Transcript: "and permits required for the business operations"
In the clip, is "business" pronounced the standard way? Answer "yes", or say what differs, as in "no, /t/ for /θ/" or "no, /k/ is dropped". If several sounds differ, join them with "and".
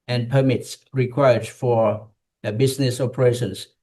no, /s/ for /z/